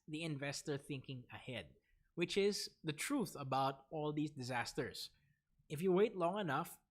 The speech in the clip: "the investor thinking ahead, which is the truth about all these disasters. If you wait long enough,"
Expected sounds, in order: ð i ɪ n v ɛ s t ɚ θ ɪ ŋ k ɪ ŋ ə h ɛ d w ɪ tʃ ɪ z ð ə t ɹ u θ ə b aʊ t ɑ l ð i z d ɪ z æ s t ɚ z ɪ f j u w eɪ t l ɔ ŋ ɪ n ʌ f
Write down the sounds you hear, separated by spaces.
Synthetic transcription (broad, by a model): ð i ɪ n v ɛ s t ɚ θ ɪ ŋ k ɪ ŋ ə h ɛ d w ɪ tʃ ɪ z ð ə t ɹ u θ ə b aʊ t ɑ l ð i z d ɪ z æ s t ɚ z ɪ f j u w eɪ t l ɔ ŋ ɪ n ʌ f